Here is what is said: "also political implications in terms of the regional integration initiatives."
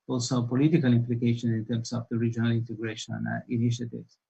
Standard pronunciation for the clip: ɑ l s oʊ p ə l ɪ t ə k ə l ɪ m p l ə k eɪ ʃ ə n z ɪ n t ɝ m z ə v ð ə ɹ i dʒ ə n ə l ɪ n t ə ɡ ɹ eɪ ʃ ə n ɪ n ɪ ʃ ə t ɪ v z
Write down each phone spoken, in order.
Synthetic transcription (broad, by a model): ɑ l s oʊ p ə l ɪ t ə k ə l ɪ m p l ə k eɪ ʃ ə n ɪ n t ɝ m s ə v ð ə ɹ i dʒ ə n ə l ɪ n t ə ɡ ɹ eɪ ʃ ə n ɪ n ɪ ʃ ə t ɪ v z